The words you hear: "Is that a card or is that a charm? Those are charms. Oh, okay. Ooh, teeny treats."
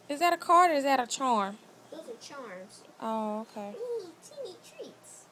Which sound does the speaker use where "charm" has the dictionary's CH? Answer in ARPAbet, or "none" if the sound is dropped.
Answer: CH